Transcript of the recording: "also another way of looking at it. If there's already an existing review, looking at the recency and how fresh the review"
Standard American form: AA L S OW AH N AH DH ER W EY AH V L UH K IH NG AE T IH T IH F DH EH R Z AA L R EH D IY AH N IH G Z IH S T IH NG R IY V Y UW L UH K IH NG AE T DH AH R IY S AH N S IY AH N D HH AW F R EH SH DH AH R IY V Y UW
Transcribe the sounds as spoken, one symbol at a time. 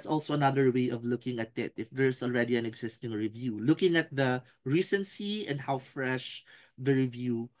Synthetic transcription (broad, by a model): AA L S OW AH N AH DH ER W EY AH V L UH K IH NG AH T IH T IH F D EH R S AA L R EH D IY AH N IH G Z IH S T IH NG R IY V Y UW L UH K IH NG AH T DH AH R IY S AH N S IY AH N D HH AW F R EH SH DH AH R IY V Y UW